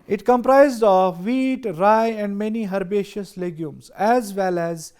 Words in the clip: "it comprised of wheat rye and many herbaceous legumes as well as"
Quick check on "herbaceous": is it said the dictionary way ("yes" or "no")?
yes